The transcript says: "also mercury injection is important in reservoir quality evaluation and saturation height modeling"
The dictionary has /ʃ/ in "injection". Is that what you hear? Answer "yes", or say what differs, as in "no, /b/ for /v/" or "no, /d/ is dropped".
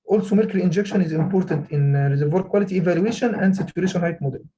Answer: yes